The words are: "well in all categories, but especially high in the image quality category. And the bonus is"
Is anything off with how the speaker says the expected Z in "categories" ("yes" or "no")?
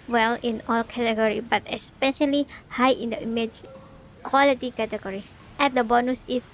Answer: yes